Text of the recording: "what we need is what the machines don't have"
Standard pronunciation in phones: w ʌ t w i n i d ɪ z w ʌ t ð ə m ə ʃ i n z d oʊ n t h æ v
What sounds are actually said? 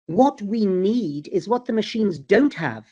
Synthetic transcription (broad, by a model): w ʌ t w i n i d ɪ z w ʌ t ð ə m ə ʃ i n z d oʊ n t h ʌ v